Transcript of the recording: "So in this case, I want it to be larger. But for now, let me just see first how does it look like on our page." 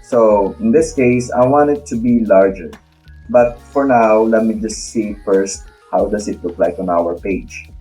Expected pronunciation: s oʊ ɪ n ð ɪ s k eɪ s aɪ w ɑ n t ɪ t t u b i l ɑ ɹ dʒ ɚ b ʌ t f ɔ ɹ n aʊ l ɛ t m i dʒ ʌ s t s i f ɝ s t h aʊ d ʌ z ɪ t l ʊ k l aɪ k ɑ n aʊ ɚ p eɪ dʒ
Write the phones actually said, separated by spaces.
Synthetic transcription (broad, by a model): s oʊ ɪ n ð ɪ s k eɪ s aɪ w ɑ n t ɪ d t u b i l ɑ ɹ dʒ ɚ b ʌ t f ɔ ɹ n aʊ l ɛ t m i dʒ ʌ s t s i f ɝ s t h aʊ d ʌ s ɪ t l ʊ k l aɪ k ɑ n aʊ ɚ p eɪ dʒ